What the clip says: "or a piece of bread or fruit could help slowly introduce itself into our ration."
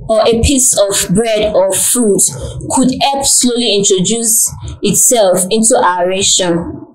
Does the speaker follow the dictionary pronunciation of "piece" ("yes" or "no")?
yes